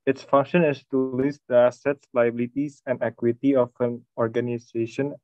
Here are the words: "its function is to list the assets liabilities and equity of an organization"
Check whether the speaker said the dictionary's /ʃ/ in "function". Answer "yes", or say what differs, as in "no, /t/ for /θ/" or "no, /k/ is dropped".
yes